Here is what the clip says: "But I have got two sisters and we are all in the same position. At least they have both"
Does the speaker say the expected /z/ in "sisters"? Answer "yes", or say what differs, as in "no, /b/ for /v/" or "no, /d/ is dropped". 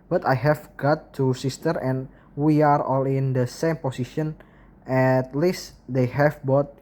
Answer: no, /z/ is dropped